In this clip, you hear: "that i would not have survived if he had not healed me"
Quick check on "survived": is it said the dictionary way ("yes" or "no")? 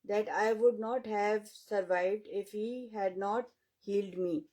yes